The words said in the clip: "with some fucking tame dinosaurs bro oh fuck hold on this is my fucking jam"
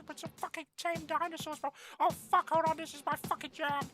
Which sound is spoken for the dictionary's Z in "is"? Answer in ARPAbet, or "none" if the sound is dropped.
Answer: Z